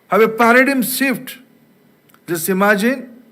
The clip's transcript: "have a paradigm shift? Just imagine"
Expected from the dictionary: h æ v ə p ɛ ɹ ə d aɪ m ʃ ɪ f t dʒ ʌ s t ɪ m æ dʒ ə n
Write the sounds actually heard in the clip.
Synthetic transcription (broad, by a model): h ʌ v ə p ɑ ɹ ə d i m s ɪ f t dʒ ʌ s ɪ m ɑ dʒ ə n